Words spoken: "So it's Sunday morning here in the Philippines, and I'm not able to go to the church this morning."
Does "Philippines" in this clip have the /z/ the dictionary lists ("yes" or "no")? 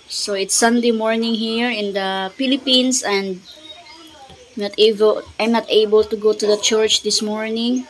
no